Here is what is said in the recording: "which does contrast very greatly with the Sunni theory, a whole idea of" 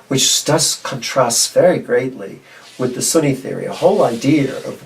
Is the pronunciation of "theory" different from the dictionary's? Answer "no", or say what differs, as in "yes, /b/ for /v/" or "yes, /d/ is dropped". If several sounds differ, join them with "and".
no